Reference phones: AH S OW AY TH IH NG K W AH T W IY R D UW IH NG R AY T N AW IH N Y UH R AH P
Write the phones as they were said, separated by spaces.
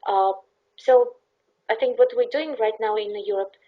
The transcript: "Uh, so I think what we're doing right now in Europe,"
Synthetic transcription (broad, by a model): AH S OW AY TH IH NG K W AH T W IY R D UW IH NG R AY T N AW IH N Y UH R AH P